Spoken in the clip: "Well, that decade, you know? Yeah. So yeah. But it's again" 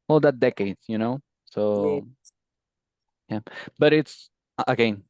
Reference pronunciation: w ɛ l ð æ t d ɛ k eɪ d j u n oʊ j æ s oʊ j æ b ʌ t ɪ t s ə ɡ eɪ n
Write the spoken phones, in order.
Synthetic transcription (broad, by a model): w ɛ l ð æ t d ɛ k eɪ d j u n oʊ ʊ s oʊ j æ b ʌ t ɪ t s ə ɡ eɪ n